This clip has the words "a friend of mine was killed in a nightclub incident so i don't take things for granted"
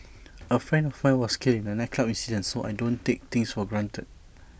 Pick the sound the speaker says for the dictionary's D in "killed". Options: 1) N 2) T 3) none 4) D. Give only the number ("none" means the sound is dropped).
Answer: 3